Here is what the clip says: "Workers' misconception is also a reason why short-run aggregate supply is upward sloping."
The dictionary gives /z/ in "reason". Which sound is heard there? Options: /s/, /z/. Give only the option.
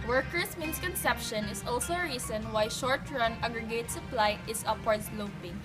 /s/